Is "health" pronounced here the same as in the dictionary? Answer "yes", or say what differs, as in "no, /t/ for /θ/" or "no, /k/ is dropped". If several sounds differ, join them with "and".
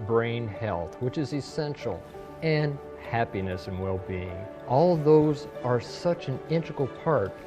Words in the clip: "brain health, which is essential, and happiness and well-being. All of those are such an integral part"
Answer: yes